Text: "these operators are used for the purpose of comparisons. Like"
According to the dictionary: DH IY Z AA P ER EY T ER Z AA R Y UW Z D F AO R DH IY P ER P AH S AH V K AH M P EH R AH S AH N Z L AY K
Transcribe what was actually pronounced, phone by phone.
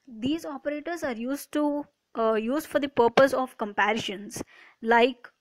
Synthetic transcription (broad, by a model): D IY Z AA P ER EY T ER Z AA R Y UW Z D F AO R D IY P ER P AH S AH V K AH M P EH R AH SH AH N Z L AY K